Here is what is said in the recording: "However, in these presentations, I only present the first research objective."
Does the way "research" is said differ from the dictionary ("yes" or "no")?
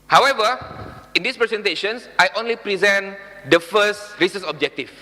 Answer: yes